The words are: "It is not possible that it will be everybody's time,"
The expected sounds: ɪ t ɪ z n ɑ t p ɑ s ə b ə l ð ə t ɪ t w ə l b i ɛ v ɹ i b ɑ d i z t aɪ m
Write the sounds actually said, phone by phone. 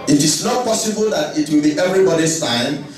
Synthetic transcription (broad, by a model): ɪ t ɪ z n ɑ t p ɑ s ə b ə l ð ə t ɪ t w ə l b i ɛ v ɹ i b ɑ d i s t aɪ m